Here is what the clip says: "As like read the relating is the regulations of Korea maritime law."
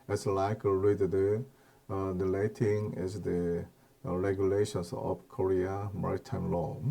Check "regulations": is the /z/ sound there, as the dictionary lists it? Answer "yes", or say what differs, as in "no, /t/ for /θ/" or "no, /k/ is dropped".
no, /s/ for /z/